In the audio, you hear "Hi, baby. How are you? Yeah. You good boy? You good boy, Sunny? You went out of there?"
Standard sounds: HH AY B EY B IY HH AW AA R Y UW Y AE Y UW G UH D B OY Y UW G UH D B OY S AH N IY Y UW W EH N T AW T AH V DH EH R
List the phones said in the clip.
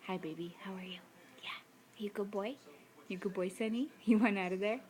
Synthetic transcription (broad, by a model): HH AY B EY B IY HH AW AA R Y UW Y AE Y UW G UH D B OY Y UW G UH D B OY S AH N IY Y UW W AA N AW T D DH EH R